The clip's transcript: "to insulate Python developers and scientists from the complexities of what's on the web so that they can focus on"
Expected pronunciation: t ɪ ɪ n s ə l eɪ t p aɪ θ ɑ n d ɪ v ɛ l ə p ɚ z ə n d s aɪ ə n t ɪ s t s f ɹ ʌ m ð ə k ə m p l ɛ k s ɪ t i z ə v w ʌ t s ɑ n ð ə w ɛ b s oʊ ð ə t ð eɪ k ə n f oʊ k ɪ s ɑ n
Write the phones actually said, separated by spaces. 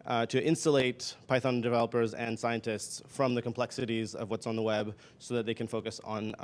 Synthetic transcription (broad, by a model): t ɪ ɪ n s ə l eɪ t p aɪ θ ɑ n d ɪ v ɛ l ə p ɚ z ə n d s aɪ ə n t ɪ s t s f ɹ ʌ m ð ə k ə m p l ɛ k s ɪ t i z ə v w ʌ t s n ð ə w ɛ b s oʊ ð ə t ð eɪ k ə n f oʊ k ɪ s n